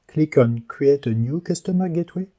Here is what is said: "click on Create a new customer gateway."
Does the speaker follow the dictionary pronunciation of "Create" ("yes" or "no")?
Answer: no